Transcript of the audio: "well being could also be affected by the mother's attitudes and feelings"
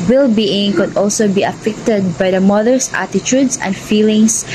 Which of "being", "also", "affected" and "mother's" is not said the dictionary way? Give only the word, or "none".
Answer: mother's